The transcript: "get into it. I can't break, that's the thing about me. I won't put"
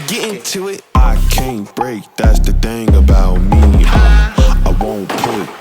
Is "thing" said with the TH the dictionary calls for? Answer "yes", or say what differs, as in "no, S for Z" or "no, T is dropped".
yes